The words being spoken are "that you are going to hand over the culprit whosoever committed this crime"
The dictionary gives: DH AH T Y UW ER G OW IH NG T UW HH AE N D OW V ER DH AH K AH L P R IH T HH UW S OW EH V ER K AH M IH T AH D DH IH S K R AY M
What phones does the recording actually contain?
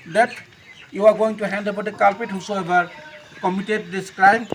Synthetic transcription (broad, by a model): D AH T Y UW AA G OW IH NG T UW HH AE N D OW B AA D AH K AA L P IH T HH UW S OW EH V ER K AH M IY T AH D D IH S K R AY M